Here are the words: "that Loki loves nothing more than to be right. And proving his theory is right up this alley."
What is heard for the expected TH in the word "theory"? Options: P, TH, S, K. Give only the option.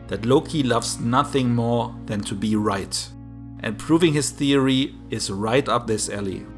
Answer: TH